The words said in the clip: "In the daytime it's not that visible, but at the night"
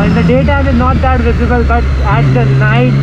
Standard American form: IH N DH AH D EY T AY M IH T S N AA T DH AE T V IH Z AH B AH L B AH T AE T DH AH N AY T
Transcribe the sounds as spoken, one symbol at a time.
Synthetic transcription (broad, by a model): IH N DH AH D EY T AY IH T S N AA T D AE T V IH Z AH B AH L B AH T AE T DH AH N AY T